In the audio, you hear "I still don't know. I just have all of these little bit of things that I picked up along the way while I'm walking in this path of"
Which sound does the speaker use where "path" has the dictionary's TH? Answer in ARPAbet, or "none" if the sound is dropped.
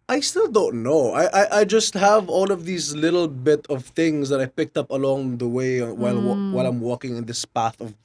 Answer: TH